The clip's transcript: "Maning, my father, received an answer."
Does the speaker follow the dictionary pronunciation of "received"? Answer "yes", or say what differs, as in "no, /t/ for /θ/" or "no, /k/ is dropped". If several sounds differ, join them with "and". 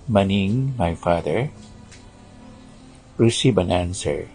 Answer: no, /d/ is dropped